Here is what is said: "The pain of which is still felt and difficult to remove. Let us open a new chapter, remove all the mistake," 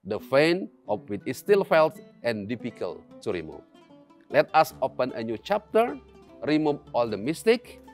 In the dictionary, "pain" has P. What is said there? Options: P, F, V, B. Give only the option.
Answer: F